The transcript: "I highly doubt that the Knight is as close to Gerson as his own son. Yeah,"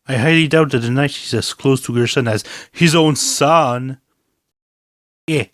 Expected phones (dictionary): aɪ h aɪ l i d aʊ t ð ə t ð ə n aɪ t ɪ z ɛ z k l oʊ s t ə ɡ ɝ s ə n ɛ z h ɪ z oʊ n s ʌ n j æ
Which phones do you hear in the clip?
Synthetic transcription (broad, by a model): aɪ h aɪ l i d aʊ t ð ə t ð ə n aɪ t ɪ z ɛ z k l oʊ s t ə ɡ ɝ s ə n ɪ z h ɪ z oʊ n s ʌ n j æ